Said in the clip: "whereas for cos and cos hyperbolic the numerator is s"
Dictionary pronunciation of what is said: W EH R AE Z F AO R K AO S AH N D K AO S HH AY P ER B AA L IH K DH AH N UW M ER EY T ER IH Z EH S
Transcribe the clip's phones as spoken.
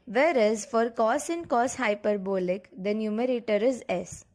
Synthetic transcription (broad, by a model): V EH R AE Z F AO R K AO S AH N D K AO S HH AY P ER B AA L IH K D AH N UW M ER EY T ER IH Z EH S